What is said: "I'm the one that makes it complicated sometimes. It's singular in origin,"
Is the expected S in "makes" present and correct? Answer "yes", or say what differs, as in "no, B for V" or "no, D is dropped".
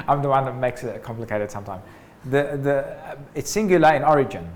yes